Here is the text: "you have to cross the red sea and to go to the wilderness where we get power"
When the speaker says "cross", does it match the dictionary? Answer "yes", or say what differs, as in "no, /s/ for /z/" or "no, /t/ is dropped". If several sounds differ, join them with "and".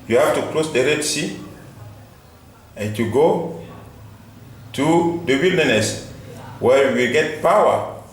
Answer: no, /l/ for /ɹ/